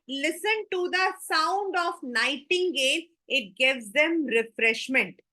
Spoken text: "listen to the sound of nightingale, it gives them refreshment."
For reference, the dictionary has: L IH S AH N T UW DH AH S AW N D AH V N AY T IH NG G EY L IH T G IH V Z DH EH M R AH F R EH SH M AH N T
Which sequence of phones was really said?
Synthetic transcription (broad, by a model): L IH S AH N T UW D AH S AW N D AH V N AY T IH NG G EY N IH T G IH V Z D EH M R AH F R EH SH M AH N T